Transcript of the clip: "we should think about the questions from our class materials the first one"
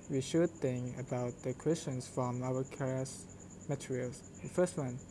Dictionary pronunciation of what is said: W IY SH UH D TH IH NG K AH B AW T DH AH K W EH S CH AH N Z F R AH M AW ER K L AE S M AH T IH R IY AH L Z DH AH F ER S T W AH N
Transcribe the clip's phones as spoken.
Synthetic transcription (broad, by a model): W IY SH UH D TH IH NG K AH B AW T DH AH K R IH S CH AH N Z F R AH M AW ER K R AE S M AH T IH R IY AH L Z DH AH F ER S T W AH N